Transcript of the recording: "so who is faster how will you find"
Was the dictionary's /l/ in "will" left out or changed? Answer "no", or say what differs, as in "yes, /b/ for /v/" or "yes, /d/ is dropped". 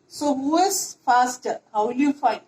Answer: no